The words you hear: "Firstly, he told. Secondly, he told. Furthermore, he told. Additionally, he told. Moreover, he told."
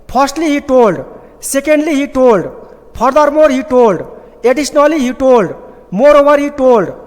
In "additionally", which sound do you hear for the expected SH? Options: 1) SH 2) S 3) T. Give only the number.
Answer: 2